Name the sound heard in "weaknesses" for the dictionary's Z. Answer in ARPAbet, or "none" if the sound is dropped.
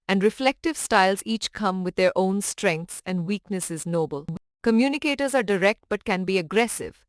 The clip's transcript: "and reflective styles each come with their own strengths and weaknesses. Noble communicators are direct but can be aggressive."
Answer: Z